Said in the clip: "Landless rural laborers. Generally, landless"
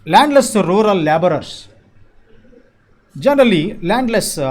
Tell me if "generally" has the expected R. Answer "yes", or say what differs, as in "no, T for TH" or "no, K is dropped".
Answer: yes